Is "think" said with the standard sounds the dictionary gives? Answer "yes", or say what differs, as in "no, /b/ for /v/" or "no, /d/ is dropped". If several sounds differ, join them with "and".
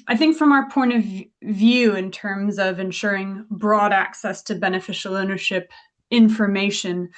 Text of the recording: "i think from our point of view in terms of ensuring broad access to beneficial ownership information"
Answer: yes